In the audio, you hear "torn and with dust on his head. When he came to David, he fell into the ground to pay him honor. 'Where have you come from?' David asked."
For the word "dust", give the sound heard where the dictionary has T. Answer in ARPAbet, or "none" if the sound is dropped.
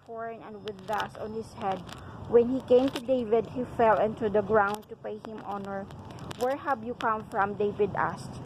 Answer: none